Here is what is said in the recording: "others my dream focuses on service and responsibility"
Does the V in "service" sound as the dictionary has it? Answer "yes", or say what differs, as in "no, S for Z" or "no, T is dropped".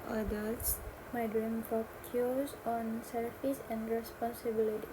no, F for V